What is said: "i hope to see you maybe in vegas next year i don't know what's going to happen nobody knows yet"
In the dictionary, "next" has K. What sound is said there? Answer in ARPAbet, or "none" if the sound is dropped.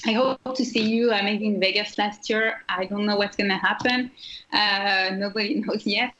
none